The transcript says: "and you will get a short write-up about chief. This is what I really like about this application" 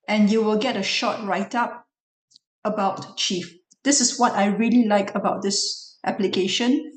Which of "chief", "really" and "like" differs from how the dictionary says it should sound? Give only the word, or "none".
none